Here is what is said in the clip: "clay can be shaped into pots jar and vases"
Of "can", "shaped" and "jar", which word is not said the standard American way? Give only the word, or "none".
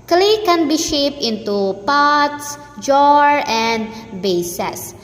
shaped